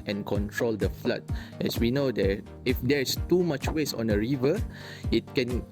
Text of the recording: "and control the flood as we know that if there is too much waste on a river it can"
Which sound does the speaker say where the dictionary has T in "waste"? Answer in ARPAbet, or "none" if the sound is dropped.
none